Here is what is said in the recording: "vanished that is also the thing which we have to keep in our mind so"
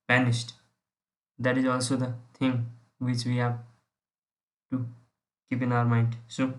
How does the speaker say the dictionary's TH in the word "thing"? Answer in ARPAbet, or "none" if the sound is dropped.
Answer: T